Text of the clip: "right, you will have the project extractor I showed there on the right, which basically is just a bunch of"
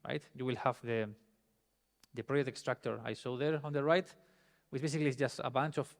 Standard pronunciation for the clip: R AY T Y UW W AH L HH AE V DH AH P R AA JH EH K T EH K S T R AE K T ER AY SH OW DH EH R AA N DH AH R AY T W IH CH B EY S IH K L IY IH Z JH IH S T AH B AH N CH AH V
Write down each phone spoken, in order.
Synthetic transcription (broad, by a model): R AY T Y UW W AH L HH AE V DH AH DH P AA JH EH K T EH K S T R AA K T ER AY S OW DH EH R AA N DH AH R AY T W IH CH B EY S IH K L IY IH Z JH IH S T AH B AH N CH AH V